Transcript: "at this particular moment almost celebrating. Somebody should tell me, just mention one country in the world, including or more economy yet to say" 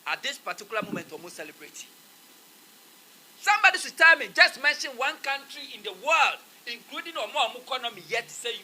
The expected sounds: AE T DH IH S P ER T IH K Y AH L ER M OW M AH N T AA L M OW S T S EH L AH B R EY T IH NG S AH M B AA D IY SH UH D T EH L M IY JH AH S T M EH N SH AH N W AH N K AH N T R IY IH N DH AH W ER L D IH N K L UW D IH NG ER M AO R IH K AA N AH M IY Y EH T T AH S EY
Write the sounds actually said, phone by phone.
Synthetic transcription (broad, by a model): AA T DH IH S P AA T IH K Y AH L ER M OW M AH N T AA M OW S S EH L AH B R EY T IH S AH M B AA D IY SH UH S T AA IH M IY JH AH S T M EH N SH AH N W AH N K AH N T R IY IH N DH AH W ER L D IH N K L UW D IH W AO M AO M IH K AA N AH M IY Y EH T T S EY